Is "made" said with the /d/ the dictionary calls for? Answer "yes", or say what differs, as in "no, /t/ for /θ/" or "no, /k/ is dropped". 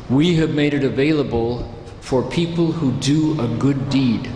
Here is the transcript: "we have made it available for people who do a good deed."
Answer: yes